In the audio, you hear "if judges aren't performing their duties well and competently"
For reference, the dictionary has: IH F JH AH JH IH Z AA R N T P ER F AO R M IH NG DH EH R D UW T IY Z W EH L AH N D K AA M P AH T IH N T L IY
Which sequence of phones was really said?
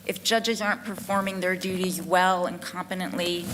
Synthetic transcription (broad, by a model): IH F JH AH JH IH Z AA R N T P ER F AO R M IH NG DH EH R D UW T IY Z W EH L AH N K AA M P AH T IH N T L IY